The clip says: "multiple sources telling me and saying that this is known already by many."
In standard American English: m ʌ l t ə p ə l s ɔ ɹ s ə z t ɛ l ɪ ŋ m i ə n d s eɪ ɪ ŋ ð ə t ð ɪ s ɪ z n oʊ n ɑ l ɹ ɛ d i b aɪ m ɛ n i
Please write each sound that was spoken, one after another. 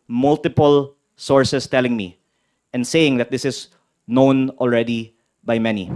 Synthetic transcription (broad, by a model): m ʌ l t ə p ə l s ɔ ɹ s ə s t ɛ l ɪ ŋ m i ə n d s eɪ ɪ ŋ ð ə t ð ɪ s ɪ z n oʊ n ɑ l ɹ ɛ d i b aɪ m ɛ n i